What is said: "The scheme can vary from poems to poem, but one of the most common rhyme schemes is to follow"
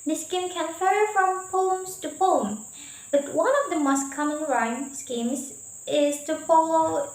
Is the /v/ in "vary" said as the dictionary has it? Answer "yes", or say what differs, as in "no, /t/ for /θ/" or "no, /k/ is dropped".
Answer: no, /f/ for /v/